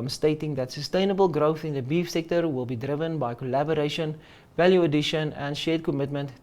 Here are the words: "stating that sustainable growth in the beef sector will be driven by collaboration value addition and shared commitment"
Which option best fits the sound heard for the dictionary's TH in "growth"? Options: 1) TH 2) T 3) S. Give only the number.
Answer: 1